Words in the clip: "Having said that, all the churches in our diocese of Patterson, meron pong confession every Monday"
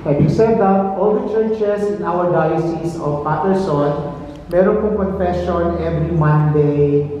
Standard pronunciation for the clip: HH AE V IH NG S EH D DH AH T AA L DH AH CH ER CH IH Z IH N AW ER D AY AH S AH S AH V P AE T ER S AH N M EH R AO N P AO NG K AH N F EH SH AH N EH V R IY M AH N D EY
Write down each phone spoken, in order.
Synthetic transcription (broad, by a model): HH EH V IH S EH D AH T AA L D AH CH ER CH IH S IH N AW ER D AY AH S AH S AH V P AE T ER S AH N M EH R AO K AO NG K AH N F EH SH AH N EH V R IY M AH N D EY